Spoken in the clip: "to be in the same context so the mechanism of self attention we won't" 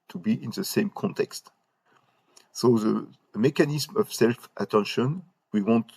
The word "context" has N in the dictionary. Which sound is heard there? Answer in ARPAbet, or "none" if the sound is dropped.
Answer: N